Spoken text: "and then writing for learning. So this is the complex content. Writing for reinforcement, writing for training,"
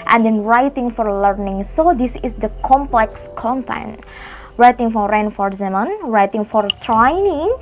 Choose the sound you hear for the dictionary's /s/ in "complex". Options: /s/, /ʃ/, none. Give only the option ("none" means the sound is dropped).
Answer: /s/